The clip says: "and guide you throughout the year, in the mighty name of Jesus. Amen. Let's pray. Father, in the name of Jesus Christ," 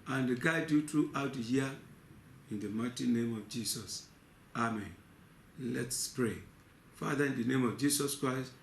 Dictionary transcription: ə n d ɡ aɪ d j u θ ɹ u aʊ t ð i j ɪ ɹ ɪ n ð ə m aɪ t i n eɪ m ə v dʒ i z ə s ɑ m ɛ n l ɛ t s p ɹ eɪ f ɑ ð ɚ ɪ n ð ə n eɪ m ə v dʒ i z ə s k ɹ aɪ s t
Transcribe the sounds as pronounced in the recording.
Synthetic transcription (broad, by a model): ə n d ɡ aɪ d j u t ɹ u aʊ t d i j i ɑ ɪ n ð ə m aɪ t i n eɪ m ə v dʒ i s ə s ɑ m ɛ n l ɛ t s p ɹ eɪ f ɑ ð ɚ ɪ n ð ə n eɪ m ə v dʒ i s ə s k ɹ aɪ s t